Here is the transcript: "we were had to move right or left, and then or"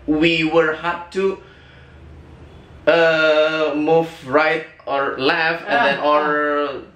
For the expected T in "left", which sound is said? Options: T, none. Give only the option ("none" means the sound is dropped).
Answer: none